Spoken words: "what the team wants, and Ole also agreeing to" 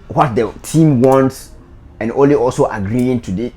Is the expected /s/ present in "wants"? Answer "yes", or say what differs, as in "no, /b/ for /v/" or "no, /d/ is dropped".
yes